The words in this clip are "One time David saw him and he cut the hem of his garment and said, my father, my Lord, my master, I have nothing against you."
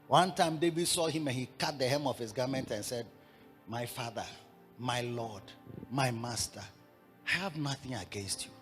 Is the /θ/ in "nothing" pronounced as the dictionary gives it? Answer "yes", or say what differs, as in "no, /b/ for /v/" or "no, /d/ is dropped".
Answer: yes